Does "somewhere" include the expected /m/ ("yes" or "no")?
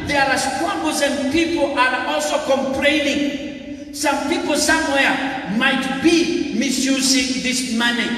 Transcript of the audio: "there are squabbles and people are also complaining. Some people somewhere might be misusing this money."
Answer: yes